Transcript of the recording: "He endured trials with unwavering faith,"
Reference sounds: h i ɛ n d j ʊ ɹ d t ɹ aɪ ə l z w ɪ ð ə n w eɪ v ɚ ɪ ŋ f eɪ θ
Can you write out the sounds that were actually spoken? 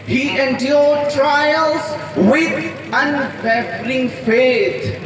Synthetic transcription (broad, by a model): h i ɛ n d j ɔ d t ɹ aɪ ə l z w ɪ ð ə n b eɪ f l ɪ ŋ f eɪ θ